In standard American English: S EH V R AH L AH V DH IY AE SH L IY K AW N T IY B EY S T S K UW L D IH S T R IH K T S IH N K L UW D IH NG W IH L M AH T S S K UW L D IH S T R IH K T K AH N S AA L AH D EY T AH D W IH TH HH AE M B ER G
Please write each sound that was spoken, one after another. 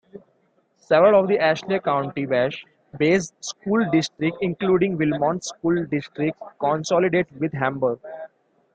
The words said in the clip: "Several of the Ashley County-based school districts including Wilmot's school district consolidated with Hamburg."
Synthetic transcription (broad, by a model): S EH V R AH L AH V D IY AE SH L IY K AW N T IY B EY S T S K UW L D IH S T R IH K T IH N K L UW D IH NG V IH L M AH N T S K UW L D IH S T R IH K T K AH N S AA L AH D EY T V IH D HH AE M B ER G